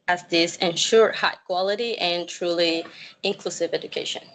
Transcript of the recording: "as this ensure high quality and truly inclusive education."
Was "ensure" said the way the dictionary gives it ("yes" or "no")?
yes